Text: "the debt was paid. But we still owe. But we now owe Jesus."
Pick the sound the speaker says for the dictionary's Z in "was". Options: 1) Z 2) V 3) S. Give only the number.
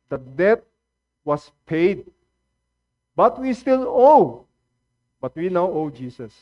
3